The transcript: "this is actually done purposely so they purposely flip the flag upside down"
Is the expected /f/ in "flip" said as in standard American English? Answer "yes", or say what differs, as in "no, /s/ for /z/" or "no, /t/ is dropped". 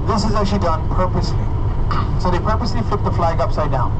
yes